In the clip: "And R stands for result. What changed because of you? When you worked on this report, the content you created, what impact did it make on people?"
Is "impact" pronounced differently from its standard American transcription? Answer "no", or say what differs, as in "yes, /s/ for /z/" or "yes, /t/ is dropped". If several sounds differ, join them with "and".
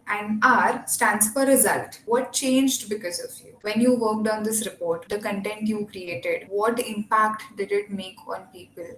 no